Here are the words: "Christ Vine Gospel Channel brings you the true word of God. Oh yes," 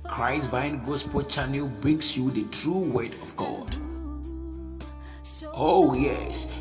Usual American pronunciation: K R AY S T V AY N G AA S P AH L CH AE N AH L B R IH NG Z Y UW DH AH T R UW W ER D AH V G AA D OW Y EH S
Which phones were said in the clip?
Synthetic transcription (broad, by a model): K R AY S V AY N G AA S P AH CH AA N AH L B R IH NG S Y UW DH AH T R UW W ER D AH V G AA D OW Y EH S